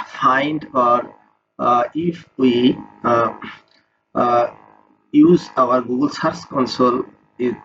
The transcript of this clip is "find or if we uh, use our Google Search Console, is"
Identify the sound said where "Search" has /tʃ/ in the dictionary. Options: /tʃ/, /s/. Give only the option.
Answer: /s/